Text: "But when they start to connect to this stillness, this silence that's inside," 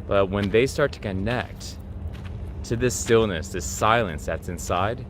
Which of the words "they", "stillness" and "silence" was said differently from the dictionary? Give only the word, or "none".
none